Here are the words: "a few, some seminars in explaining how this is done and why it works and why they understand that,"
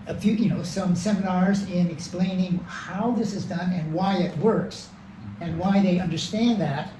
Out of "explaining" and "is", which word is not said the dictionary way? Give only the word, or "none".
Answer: none